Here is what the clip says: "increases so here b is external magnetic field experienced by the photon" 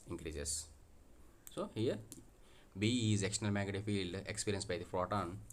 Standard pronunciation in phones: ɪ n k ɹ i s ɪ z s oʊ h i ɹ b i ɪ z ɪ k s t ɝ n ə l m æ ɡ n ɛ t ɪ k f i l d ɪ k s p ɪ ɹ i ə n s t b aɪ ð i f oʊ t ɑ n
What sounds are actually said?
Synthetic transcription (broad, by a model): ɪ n k ɹ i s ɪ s s oʊ h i ɹ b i ɪ z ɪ k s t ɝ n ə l m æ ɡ ʌ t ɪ f i l d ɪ k s p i ɹ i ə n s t b aɪ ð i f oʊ t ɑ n